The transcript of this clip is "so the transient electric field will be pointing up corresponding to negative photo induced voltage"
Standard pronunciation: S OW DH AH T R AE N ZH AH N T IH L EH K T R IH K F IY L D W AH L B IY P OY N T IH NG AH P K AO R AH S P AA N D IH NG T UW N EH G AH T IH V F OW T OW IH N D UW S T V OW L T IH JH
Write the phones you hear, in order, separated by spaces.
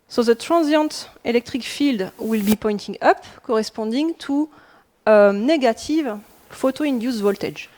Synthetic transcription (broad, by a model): S OW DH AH T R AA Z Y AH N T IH L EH K T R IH K F IY L D W AH L B IY P OY N T IH NG AH P K AO R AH S P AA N D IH NG T UW N EH G AH T IH V F OW T OW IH N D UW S V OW L T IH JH